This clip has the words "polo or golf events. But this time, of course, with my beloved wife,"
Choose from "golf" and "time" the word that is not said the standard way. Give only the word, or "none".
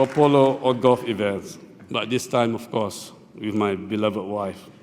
golf